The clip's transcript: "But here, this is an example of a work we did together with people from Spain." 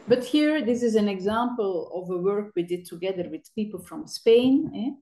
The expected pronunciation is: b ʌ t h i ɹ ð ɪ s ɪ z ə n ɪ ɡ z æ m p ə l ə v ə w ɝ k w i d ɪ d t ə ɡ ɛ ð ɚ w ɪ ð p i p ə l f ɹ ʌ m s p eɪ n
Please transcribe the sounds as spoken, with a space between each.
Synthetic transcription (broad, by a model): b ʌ t h i ɹ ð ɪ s ɪ z ə n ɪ ɡ z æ m p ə l ə v ə w ɝ k w i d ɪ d t ə ɡ ɛ ð ɚ w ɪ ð p i p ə l f ɹ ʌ m s p eɪ n